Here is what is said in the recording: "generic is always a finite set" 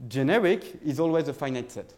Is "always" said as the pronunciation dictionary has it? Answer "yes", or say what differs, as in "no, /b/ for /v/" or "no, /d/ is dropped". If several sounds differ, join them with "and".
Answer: yes